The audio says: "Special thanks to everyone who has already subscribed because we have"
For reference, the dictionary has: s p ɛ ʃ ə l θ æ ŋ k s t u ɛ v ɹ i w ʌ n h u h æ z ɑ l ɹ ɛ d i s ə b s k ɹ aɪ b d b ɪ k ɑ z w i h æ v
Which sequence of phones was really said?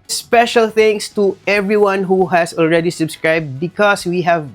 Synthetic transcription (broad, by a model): s p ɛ ʃ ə l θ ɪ ŋ s t u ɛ v ɹ i w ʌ n h u h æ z ɑ l ɹ ɛ d i s ə b s k ɹ aɪ b d b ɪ k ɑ s w i h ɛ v